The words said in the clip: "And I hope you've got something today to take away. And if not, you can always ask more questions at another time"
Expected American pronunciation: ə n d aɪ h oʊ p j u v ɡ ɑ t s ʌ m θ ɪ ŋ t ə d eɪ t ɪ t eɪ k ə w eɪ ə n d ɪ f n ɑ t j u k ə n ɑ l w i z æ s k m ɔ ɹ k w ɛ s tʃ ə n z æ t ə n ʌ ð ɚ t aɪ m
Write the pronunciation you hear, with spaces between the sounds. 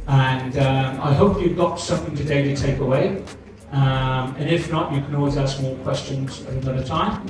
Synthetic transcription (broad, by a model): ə n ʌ aɪ h oʊ p j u v ɡ ɑ t s ʌ m θ ɪ ŋ t ə d eɪ t ɪ t eɪ k ə w eɪ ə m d ɪ f n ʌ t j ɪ k ə n ɑ l w i z æ s k m ɔ l k w ɛ s tʃ ə n z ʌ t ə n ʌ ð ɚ t aɪ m